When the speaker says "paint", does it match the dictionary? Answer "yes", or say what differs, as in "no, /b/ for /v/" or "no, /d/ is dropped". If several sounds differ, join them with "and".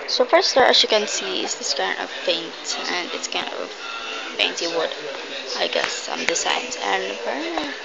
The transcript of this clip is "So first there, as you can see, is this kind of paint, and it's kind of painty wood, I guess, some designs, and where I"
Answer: no, /f/ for /p/